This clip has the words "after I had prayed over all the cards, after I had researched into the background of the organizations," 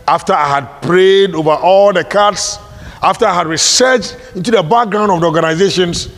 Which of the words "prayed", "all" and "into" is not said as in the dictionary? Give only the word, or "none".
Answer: none